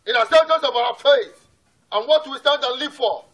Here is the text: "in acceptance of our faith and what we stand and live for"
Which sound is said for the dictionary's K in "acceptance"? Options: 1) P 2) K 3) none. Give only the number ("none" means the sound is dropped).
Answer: 3